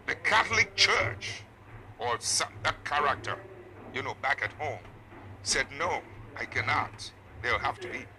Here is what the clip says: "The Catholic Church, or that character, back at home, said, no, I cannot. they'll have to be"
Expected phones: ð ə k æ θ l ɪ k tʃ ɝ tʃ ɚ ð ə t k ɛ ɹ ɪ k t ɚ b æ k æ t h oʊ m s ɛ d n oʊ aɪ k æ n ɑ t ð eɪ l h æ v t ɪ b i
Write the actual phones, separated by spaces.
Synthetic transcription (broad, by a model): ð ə k æ θ l ɪ k tʃ ɝ tʃ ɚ ð ə t k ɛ ɹ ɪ k t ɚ b æ k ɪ t h oʊ m s ɛ d n oʊ aɪ k æ n ɑ t ð eɪ l h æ f t ɪ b i